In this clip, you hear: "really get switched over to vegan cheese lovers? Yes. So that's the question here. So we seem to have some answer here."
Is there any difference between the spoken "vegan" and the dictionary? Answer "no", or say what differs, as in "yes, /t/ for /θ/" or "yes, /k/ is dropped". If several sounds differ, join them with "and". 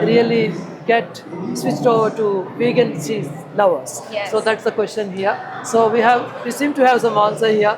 yes, /b/ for /v/